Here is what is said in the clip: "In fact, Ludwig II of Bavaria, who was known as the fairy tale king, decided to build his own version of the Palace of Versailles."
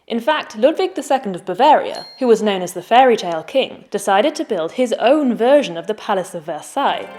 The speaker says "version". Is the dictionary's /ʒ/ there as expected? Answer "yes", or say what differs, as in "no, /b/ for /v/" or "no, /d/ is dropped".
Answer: yes